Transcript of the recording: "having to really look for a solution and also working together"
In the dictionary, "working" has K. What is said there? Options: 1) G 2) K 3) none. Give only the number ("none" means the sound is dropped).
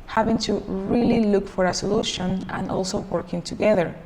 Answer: 2